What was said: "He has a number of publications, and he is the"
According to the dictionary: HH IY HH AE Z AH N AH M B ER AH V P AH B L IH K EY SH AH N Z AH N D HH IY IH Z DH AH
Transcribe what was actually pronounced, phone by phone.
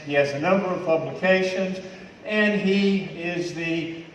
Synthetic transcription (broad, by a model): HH IY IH Z AH N AH M B ER AH V P AH B L IH K EY SH AH N Z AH N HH IY IH Z DH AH